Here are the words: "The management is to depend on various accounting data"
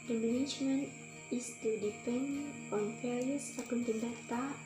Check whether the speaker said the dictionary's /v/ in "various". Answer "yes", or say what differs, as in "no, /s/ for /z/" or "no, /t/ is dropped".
no, /f/ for /v/